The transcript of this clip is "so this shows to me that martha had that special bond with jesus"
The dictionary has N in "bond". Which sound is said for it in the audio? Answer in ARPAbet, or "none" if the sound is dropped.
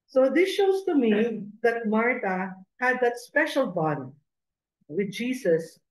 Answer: none